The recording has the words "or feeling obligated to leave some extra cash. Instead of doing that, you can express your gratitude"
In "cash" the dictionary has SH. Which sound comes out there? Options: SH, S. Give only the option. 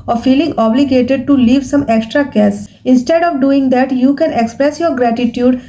S